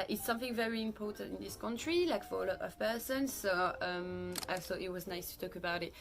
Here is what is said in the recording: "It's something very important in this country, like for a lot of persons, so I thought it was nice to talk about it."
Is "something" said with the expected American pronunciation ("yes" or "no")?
yes